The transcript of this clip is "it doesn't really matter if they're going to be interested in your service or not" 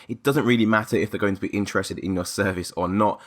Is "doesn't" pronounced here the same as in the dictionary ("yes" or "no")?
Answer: yes